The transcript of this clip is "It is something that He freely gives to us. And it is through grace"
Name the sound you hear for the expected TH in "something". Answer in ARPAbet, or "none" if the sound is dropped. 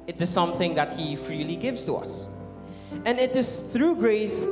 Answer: TH